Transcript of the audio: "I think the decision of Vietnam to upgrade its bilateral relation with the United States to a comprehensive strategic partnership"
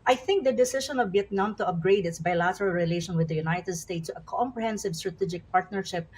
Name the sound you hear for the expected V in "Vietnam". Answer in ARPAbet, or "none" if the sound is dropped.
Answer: B